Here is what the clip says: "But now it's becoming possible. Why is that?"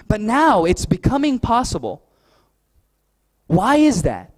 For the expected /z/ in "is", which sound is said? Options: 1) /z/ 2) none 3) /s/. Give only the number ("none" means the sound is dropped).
1